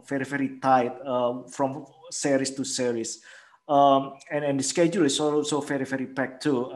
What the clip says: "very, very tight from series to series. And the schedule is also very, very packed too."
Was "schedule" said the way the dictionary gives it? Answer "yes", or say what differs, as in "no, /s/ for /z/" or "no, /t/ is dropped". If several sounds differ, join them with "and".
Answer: yes